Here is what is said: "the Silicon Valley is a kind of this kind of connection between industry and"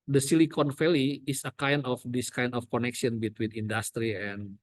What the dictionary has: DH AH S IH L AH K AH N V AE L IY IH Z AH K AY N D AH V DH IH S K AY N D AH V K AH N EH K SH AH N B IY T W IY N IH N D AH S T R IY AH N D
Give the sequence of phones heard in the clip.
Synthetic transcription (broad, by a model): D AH S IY L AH K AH N F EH L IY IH S AH K AY N D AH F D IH S K AY N D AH F K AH N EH K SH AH N B IY T W IY N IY N D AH S T R IY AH N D